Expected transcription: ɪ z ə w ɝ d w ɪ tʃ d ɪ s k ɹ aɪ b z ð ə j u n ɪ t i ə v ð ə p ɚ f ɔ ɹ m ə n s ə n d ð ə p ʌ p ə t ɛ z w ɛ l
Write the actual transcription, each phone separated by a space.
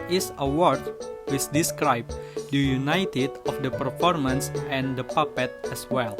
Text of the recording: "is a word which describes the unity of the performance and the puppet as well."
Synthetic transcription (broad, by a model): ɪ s ə w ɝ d w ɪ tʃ d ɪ s k ɹ aɪ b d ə j u n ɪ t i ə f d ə p ɚ f ɔ ɹ m ə n s ə n d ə p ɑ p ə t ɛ s w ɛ l